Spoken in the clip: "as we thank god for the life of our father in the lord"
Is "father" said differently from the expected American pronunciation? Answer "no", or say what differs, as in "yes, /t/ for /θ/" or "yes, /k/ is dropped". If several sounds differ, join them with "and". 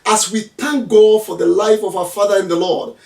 no